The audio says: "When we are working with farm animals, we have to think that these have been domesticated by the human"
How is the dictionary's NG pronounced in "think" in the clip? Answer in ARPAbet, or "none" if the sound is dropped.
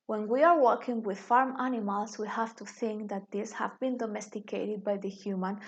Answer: NG